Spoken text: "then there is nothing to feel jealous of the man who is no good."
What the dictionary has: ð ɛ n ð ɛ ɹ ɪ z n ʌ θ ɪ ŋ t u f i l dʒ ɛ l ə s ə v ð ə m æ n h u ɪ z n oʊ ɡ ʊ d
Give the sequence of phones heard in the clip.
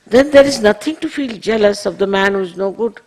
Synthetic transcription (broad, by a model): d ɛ n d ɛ ɹ ɪ z n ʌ t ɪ ŋ t u f i l dʒ ɛ l ə s ə v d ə m æ n h u ɪ z n oʊ ɡ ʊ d